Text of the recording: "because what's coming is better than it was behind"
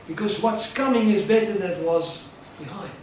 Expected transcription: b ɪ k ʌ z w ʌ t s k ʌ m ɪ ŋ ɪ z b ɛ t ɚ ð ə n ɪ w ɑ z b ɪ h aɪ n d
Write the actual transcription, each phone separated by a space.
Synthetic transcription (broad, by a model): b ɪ k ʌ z w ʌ t s k ʌ m ɪ ŋ ɪ z b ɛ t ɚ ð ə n w ɑ z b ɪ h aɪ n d